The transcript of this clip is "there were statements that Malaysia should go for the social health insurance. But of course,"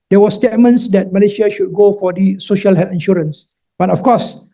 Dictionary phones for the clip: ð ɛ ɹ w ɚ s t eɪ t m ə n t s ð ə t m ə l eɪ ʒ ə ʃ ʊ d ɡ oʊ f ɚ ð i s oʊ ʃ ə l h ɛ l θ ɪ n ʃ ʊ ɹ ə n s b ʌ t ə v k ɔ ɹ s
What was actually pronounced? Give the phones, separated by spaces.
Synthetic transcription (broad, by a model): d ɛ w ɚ s t eɪ t m ə n t s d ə t m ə l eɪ ʃ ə ʃ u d ɡ oʊ f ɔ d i s oʊ ʃ ə l h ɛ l f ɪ n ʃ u ɹ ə n s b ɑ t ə f k ɔ s